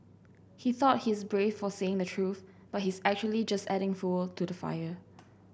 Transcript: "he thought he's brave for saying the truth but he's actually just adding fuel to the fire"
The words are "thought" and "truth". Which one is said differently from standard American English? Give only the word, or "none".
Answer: none